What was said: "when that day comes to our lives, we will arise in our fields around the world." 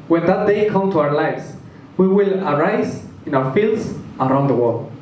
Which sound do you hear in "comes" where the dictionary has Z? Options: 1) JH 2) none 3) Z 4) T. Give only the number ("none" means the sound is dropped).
2